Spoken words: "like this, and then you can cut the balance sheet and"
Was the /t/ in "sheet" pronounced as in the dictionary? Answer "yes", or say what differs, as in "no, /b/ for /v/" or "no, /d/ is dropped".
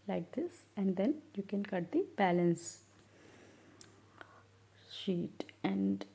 yes